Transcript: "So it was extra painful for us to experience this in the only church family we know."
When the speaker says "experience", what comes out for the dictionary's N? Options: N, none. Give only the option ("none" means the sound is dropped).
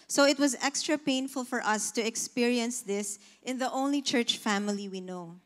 N